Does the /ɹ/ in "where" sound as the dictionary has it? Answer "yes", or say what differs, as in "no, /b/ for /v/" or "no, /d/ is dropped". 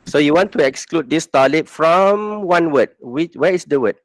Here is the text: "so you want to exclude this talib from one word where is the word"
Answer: no, /w/ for /ɹ/